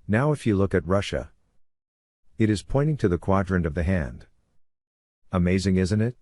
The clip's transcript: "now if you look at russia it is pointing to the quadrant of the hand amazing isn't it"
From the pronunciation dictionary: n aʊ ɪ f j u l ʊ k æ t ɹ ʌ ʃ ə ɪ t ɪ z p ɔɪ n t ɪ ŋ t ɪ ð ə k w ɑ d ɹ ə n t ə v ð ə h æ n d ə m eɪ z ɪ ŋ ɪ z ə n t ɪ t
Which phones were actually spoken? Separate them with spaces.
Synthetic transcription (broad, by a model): n aʊ ɪ f j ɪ l ʊ k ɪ t ɹ ʌ ʃ ə ɪ t ɪ z p ɔɪ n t ɪ ŋ t ɪ ð ə k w ɑ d ɹ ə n ə v ð ə h æ n d ə m eɪ z ɪ ŋ ɪ z ə n t ɪ t